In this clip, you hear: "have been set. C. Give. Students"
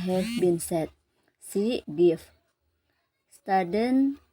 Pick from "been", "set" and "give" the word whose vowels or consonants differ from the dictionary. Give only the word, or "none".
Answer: give